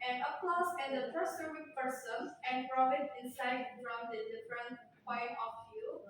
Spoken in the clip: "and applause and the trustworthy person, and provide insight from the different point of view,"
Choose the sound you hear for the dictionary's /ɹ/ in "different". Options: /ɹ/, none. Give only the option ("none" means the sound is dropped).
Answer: /ɹ/